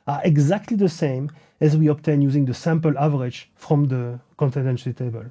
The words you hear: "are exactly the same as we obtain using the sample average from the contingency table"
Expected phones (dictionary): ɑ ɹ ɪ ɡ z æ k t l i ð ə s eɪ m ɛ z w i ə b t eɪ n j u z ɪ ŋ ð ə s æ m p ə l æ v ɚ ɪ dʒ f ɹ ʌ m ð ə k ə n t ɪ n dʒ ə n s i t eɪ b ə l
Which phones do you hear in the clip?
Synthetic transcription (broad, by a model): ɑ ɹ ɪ ɡ z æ k t l i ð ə s eɪ m ɛ z w i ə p t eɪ n j u z ɪ ŋ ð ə s æ m p ə l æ v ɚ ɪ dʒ f ɹ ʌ m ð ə k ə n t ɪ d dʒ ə n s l t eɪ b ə l